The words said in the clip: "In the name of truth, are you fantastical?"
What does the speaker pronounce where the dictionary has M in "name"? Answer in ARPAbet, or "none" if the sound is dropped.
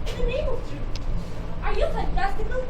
none